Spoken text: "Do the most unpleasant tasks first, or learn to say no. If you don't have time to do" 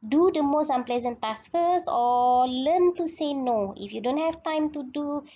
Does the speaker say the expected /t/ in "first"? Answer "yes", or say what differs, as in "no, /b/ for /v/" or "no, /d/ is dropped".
no, /t/ is dropped